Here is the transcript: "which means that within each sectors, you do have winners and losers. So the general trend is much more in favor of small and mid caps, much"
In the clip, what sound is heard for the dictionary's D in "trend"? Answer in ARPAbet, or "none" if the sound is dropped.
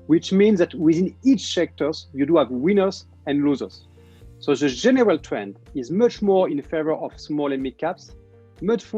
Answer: D